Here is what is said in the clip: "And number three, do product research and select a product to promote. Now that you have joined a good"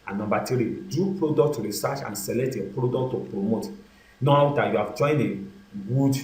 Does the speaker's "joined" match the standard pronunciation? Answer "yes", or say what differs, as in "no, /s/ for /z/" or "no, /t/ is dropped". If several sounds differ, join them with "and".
no, /d/ is dropped